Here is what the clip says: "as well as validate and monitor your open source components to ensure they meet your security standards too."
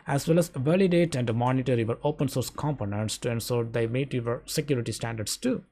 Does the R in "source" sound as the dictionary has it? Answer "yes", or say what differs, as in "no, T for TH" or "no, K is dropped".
yes